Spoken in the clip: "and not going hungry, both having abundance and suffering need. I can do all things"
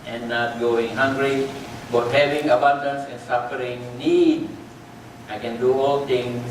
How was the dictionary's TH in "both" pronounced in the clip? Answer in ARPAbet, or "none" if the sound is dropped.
T